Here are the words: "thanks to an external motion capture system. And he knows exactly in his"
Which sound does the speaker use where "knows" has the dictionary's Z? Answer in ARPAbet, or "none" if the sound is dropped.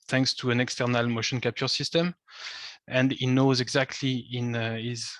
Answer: Z